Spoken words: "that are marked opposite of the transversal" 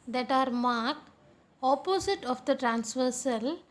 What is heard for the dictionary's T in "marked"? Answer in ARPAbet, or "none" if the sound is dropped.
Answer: none